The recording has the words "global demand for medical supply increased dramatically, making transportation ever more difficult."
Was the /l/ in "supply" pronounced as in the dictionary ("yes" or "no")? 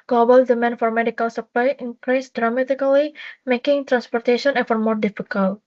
yes